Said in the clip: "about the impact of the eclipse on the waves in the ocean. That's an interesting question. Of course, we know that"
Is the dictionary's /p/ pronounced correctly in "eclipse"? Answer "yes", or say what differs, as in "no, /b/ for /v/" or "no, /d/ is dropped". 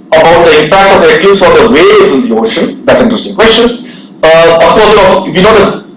no, /p/ is dropped